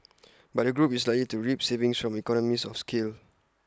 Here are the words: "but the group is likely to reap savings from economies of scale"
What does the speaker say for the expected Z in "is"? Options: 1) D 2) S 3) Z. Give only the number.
2